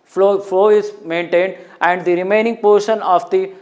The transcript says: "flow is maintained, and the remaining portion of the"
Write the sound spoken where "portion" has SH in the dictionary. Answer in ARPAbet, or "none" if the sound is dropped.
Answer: SH